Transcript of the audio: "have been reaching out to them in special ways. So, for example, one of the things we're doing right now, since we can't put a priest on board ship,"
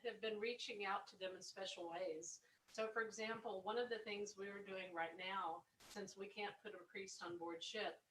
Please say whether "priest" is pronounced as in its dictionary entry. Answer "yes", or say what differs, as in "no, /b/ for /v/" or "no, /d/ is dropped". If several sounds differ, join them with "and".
yes